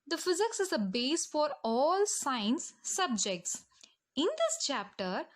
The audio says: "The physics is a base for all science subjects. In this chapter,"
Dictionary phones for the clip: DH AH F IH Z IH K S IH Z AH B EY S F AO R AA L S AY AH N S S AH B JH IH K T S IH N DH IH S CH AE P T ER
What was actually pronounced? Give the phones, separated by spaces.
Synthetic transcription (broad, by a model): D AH F IH Z IH K S IH Z AH B EY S F AO R AA L S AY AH N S S AH B JH IH K T S IH N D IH S CH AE P T ER